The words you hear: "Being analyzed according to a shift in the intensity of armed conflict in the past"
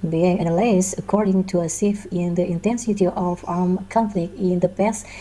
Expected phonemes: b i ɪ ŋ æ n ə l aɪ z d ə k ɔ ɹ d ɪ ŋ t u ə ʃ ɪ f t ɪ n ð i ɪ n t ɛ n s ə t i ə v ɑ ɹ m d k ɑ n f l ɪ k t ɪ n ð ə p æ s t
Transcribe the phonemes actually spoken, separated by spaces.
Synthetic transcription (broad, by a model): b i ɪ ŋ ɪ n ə l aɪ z ə k ɔ ɹ d ɪ ŋ t u ə s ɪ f ɪ n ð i ɪ n t ɛ n s ə t i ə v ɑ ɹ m k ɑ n f l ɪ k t ɪ n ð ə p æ s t